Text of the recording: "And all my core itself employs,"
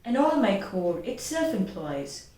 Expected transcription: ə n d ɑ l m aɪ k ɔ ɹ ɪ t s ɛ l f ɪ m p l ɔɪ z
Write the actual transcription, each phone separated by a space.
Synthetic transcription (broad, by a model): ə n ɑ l m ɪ k ɔ l ɪ t s ɛ l f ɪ m p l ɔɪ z